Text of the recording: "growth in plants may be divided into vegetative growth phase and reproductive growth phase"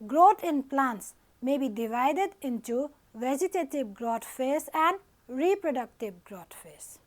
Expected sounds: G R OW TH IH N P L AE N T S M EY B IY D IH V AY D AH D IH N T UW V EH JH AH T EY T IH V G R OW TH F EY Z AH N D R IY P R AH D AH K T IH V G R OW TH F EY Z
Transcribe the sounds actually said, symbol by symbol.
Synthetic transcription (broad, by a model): G R OW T IH N P L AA N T S M EY B IY D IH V AY D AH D IH N T UW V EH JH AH T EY T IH B G R OW T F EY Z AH N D R IY P R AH D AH K T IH B G R OW T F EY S